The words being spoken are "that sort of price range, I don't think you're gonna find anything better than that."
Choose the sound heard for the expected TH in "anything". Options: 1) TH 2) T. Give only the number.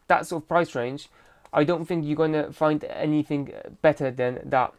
1